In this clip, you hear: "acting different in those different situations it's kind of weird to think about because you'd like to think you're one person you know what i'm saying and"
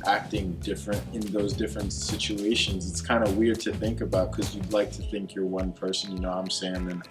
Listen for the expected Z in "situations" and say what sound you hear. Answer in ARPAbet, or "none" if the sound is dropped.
Z